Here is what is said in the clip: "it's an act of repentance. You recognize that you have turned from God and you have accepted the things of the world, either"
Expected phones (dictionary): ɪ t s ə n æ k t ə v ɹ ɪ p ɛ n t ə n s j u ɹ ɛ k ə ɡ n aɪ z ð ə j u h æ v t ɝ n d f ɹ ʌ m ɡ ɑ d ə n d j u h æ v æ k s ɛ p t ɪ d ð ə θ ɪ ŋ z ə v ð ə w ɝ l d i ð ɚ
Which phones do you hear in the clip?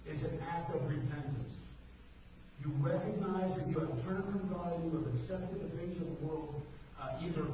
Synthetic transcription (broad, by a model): ɪ t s ə n æ k t ə v ɹ ɪ p ɛ n t ə n s j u ɹ ɛ k ə ɡ n aɪ z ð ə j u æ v t ɝ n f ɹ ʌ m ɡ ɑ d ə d j u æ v æ k s ɛ p t ɪ d ð ə θ ɪ ŋ z ə v ð ə w ɝ l d i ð ɚ